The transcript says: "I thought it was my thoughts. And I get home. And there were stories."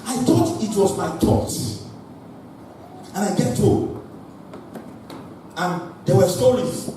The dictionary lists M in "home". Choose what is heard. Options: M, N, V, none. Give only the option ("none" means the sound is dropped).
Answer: none